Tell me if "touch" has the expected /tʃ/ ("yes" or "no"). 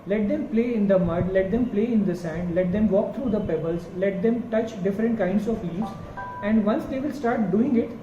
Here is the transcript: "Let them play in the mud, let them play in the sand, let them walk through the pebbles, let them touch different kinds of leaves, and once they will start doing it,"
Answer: yes